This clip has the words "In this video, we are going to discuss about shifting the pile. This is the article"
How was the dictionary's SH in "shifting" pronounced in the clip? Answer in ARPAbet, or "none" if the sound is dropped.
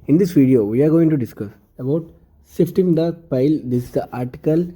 S